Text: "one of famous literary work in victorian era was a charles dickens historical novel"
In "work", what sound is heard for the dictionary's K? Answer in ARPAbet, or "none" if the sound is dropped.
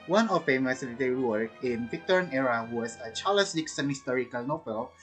none